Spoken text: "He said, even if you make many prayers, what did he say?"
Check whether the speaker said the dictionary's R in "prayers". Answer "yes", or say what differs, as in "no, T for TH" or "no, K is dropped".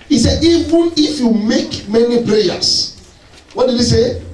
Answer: no, L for R